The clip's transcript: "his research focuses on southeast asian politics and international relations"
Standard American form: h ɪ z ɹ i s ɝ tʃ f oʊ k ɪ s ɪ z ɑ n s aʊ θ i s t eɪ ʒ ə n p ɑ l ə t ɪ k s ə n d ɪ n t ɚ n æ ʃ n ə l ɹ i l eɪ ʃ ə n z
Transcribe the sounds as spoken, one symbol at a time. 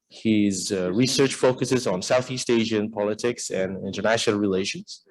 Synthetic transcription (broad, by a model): h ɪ z ɹ i s ɝ tʃ f oʊ k ɪ s ɪ z n s aʊ θ i s t eɪ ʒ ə n p ɑ l ə t ɪ k s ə n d ɪ n t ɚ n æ ʃ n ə l ɹ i l eɪ ʃ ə n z